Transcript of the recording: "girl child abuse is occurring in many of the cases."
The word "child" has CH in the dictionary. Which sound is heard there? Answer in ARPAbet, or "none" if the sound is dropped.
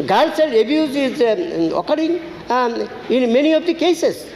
S